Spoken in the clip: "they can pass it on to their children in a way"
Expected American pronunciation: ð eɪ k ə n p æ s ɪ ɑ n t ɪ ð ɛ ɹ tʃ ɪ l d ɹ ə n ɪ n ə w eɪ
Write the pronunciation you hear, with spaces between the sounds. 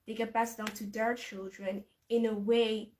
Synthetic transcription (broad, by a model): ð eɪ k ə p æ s ɪ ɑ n t ɪ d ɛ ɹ tʃ ɪ l d ɹ ə n ɪ n ə w eɪ